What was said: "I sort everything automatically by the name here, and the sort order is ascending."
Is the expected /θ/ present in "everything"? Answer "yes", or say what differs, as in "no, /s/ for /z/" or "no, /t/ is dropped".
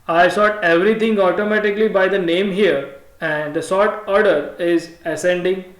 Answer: no, /t/ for /θ/